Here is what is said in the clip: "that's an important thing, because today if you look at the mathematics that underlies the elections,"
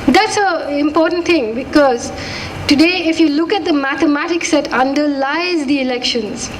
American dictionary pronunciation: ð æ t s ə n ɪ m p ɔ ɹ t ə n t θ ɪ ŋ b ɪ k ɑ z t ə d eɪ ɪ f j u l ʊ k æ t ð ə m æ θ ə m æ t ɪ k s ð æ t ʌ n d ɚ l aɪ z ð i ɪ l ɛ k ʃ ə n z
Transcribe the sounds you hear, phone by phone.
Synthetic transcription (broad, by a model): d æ t s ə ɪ m p ɔ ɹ t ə n t t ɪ ŋ b ɪ k ɑ z t ə d eɪ ɪ f j u l ʊ k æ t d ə m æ t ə m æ t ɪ k s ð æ t ʌ n d ɚ l aɪ z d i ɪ l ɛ k ʃ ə n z